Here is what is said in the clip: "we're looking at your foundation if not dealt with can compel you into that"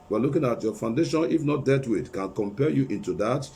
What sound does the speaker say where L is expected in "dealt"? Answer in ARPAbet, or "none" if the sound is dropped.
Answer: none